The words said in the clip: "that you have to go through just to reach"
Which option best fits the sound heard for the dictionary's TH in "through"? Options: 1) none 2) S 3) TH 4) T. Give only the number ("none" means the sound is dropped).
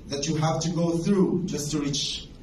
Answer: 3